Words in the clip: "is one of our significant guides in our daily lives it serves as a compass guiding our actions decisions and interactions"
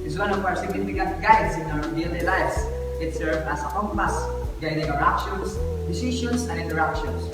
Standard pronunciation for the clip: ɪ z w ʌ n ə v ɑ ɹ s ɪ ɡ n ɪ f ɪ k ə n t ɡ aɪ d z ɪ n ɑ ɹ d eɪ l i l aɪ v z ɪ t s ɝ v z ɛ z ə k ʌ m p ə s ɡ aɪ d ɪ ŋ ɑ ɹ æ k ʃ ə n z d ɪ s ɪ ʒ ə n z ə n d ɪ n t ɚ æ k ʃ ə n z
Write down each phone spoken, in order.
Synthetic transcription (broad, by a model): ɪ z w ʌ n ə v ɑ ɹ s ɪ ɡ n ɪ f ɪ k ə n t ɡ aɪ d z ɪ n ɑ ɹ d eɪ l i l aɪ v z ɪ t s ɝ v ɑ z ə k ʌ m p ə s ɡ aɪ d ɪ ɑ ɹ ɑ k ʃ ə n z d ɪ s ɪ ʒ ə n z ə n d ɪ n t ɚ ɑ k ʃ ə n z